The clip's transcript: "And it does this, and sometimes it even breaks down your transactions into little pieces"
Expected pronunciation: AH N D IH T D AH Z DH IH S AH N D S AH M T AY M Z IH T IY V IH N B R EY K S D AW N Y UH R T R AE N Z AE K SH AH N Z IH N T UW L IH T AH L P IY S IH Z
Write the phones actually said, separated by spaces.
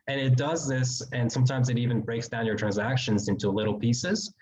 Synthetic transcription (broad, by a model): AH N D IH T D AH Z DH IH S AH N S AH M T AY M Z IH T IY V IH N B R EY K S D AW N Y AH R T R AE N Z AE K SH AH N Z IH N T UW L IH T L P IY S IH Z